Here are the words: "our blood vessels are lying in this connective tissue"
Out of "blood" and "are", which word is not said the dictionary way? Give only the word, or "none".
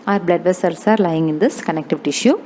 none